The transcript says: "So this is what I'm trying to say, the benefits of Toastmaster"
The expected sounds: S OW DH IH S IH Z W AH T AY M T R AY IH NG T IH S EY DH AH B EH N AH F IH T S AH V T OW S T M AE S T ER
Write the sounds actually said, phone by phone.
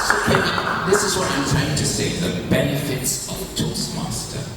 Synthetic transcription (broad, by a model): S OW DH IH S IH Z W AH T AY M T R AY IH NG T IH S EY DH AH B EH N AH F IH T S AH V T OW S M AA S T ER